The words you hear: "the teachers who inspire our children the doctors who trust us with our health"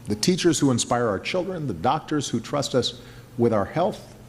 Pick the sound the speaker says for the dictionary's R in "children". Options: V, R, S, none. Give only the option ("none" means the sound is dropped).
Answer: R